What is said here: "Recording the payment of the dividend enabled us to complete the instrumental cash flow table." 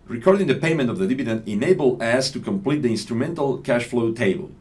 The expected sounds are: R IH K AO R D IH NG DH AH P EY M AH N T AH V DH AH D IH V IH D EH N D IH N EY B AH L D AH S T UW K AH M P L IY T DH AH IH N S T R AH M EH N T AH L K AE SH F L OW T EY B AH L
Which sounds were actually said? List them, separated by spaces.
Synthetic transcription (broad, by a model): R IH K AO R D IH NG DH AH P EY M AH N T AH V DH AH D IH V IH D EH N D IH N EY B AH L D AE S T UW K AH M P L IY T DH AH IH N S T R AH M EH N T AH L K AE SH F L OW T EY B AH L